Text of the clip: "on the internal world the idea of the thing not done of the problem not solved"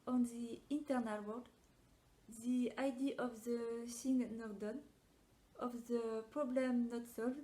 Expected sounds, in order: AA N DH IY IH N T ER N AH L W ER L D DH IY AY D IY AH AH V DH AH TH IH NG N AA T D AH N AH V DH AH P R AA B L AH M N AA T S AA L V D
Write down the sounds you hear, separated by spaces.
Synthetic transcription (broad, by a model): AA N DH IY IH N T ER N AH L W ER D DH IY AY D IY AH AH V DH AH S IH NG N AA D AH N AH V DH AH P R AA B L AH M N AA T S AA L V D